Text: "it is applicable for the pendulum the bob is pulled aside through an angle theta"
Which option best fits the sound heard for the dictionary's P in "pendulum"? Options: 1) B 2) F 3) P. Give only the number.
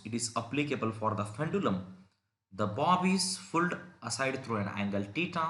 2